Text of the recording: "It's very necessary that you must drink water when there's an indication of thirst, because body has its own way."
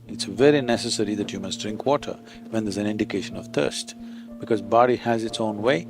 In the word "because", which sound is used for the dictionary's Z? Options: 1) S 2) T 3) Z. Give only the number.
3